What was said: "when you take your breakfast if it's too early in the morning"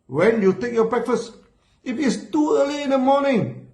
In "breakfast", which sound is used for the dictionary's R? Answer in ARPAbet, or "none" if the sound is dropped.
R